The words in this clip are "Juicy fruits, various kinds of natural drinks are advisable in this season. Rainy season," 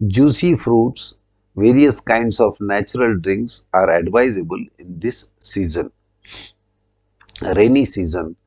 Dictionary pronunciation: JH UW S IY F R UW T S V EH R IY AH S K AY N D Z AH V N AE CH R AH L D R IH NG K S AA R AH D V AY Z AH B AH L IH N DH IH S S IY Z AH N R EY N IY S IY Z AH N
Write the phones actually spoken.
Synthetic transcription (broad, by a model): JH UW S IY F R UW T S V EH R IY AH S K AY N D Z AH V N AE CH R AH L D R IH NG K S AA R AH D V AY Z AH B AH L IH N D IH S S IY Z AH N R EY N IY S IY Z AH N